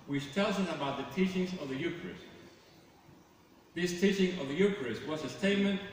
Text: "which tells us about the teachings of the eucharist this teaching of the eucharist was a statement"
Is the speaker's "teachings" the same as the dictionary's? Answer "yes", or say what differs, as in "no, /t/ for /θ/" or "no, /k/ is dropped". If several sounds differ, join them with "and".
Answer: yes